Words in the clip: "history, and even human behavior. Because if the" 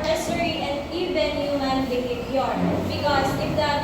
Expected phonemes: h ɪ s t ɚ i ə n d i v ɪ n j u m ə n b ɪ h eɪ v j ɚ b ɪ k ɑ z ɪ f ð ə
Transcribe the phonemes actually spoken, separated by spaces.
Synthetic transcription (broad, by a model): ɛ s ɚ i ə n d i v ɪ n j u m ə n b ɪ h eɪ p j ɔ b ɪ k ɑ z ɪ f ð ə